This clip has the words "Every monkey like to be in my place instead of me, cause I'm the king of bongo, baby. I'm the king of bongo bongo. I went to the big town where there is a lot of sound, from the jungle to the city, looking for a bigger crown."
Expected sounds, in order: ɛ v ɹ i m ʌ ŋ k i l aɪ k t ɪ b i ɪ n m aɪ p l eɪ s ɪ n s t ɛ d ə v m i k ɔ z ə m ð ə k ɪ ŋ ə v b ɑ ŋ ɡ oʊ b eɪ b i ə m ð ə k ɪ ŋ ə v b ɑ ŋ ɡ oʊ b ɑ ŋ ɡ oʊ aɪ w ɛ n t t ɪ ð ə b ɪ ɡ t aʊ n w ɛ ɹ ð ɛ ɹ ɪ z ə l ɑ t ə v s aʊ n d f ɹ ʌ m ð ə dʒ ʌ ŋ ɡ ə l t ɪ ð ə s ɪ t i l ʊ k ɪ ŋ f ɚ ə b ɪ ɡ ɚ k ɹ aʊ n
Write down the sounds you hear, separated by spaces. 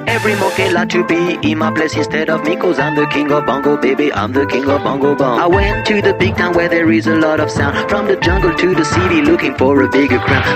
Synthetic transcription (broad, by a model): ɛ v ɹ i m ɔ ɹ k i l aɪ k t ɪ b i ɪ n m aɪ p l eɪ s ɪ n s t ɛ d ə v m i k ɔ z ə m ð ə k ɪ ŋ ə v b ɑ ŋ ɡ oʊ b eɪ b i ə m ð ə k ɪ ŋ ə v b ɑ ŋ ɡ oʊ b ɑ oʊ aɪ w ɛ n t t ɪ ð ə b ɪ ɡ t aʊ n w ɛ ɹ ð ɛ ɹ ɪ z ə l ɑ t ə v s aʊ n d f ɹ ʌ m ð ə dʒ ʌ ŋ ɡ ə l t ɪ ð ə s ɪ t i l ʊ k ɪ ŋ f ɚ ə b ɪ ɡ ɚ k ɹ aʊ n